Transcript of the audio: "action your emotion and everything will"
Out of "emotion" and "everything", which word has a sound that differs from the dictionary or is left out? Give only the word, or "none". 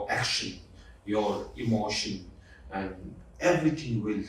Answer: everything